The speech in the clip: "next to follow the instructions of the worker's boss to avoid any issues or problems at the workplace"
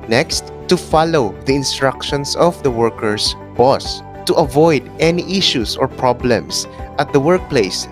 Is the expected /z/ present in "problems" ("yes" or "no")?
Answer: no